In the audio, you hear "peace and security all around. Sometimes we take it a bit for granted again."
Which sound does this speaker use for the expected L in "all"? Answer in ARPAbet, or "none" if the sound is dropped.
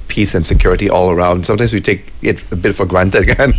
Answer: L